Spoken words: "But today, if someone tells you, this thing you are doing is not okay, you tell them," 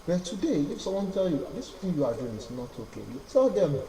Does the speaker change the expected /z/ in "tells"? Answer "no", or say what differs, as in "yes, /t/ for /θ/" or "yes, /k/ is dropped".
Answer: yes, /z/ is dropped